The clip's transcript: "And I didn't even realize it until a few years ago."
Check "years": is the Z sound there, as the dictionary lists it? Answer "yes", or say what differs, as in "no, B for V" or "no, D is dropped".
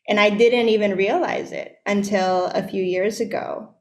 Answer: yes